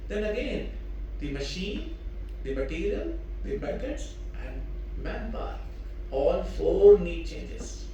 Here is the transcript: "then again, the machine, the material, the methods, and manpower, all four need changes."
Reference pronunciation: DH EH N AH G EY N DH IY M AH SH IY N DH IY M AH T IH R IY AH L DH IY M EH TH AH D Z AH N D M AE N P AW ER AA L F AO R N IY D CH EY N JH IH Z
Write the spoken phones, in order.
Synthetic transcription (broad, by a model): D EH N AH G EY N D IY M AH SH IY N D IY M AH T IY R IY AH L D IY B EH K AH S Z AH N D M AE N B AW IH AA L F AO R N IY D CH EY N JH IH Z